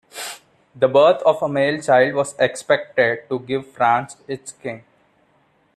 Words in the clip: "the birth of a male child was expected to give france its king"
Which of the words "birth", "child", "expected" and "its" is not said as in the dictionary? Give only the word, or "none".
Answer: birth